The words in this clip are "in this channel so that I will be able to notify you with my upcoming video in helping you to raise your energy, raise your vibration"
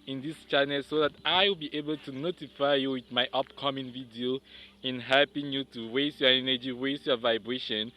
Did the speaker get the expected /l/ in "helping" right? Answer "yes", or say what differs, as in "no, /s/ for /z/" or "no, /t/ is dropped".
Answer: yes